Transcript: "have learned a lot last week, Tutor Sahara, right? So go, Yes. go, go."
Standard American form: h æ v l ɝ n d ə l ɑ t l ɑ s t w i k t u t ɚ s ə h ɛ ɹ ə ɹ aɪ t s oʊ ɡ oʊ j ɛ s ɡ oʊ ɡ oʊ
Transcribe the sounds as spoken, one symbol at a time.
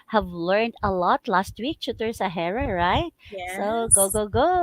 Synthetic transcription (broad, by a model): h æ v l ɝ n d ə l ɑ t l ɑ s t w i k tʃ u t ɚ s ə h ɛ ɹ ə ɹ aɪ t s oʊ ɡ oʊ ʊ ɡ oʊ ɡ oʊ